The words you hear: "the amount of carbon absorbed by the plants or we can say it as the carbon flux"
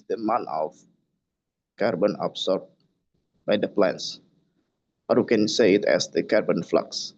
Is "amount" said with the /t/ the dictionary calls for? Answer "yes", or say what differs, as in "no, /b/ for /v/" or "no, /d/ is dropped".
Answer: no, /t/ is dropped